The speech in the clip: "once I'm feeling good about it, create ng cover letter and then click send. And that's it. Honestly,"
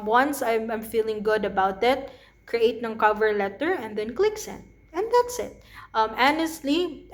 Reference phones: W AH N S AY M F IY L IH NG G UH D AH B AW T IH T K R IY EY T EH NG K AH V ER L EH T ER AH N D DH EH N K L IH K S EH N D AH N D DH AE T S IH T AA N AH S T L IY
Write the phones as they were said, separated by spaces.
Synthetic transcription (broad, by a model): W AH N S AY M F IY L IH NG G UH D AH B AW T IH T K R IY EY T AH NG K AH V ER L EH T ER AH N D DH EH N K L IH K S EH N AH N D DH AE T S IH T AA N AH S T L IY